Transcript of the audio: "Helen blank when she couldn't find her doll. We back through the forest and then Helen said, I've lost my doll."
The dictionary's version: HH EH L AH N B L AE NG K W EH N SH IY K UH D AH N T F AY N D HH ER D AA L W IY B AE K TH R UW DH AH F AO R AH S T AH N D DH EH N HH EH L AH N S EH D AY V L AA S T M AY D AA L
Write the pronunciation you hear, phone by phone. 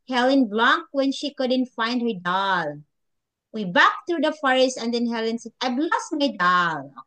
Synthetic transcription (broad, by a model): HH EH L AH N B L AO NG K W EH N SH IY K UH D AH N T F AY N D HH ER D AA L W IY B AE K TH R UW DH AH F AO R AH S T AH N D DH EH N HH EH L AH N S EH D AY B L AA S M AY D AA L